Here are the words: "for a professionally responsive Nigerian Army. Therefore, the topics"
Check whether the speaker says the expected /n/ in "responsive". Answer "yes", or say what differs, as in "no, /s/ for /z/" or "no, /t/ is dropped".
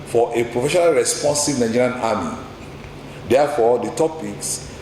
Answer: yes